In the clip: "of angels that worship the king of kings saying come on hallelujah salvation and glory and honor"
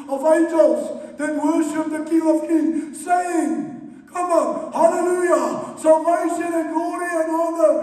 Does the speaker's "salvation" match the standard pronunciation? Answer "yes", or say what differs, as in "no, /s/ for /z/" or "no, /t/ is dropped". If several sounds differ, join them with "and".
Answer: no, /l/ is dropped